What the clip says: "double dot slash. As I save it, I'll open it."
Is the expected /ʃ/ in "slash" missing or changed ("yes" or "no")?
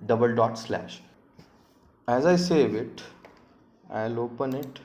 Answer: no